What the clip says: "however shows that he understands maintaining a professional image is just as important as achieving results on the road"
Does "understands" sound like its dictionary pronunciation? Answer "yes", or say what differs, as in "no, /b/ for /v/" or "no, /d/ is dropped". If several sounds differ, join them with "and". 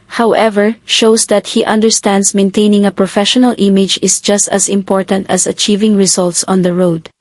no, /s/ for /z/